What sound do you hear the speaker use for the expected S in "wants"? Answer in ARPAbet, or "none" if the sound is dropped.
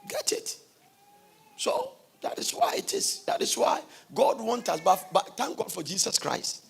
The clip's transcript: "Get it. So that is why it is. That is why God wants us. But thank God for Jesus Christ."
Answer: none